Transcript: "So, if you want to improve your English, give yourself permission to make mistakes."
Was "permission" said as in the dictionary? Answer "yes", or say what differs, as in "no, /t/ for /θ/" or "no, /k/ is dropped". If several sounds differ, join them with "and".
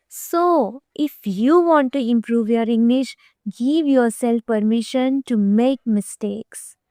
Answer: yes